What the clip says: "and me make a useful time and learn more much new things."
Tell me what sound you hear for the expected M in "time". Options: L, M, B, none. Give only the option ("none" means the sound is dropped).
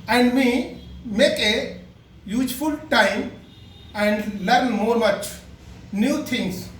M